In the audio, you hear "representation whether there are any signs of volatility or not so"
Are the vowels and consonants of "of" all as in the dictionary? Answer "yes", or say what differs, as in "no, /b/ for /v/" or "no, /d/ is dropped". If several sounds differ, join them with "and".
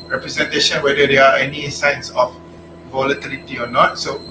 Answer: no, /f/ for /v/